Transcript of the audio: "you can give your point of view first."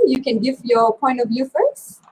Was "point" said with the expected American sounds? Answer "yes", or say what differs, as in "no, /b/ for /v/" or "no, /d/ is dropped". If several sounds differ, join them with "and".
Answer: yes